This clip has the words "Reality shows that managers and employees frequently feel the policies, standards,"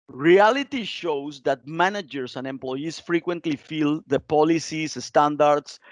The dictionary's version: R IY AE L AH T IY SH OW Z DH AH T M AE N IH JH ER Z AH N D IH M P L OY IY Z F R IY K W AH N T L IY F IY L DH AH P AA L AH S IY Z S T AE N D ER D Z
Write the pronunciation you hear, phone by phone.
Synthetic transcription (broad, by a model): R IY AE L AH T IY SH OW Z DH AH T M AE N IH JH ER S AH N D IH M P L OY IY S F R IY K W AH N T L IY F IY L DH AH P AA L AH S IY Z S T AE N D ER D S